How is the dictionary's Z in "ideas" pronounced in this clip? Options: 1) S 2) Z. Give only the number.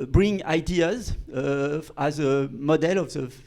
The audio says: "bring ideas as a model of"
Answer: 2